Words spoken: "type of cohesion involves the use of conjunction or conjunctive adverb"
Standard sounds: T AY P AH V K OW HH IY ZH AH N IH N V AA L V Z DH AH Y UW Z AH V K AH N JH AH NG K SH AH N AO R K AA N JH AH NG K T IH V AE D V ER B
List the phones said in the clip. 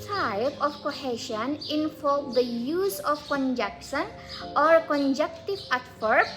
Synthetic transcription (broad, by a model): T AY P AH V K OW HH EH SH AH N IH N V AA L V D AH Y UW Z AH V K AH N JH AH K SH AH N AO R K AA N JH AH K T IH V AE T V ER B